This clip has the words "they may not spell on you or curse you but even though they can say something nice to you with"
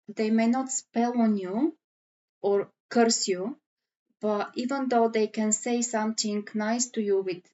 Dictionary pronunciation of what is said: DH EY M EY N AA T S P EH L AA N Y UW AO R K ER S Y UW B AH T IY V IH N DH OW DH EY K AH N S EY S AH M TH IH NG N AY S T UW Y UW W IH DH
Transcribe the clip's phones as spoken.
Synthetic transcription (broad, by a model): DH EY M EY N AA T S P EH L AA N Y UW AO R K ER S Y UW B AH T IY V IH N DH OW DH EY K AH N S EY S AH M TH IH NG N AY S T UW Y UW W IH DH